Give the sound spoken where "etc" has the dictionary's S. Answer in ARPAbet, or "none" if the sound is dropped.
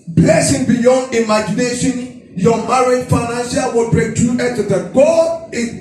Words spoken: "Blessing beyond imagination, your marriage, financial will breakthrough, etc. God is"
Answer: none